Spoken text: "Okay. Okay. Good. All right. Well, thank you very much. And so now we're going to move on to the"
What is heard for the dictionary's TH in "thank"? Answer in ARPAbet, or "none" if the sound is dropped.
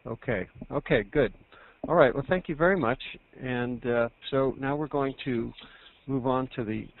TH